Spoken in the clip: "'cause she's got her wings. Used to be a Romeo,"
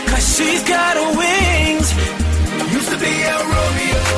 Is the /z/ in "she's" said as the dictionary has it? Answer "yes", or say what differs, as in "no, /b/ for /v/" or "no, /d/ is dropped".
yes